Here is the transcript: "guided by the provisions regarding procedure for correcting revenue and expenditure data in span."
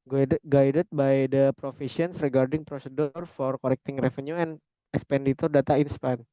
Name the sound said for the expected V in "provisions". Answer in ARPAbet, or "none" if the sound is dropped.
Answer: F